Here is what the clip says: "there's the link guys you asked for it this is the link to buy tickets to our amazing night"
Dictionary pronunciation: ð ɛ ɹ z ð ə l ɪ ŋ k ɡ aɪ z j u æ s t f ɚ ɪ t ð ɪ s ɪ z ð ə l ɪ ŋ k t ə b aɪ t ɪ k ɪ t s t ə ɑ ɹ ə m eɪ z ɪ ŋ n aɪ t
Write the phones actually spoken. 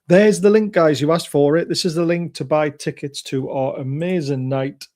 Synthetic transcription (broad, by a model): ð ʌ ɹ z ð ə l ɪ ŋ k ɡ aɪ z j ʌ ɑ s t f ɚ ɪ t ð ɪ s ɪ z ð ə l ɪ ŋ k t ə b aɪ t ɪ k ɪ t s t ə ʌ ɹ ə m eɪ z ɪ ŋ n aɪ t